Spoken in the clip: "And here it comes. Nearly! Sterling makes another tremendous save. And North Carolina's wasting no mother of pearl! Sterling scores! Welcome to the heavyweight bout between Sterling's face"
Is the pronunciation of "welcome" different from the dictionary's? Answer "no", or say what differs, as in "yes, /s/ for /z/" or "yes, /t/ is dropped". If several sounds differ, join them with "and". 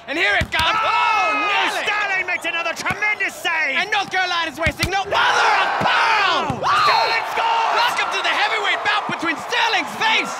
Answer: yes, /l/ is dropped